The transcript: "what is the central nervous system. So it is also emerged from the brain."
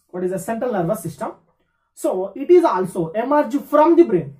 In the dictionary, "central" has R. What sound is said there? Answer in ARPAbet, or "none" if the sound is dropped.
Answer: R